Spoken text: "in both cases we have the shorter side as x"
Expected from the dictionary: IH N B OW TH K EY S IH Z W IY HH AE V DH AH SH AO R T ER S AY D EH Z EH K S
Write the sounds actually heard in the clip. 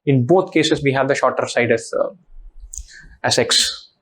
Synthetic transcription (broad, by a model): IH N B OW T K EY S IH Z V IY HH AE V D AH SH AO R T ER S AY D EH S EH K S